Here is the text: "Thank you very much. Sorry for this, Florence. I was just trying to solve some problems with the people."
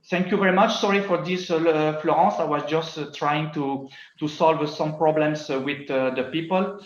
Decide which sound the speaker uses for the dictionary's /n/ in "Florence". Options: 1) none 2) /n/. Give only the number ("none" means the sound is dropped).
1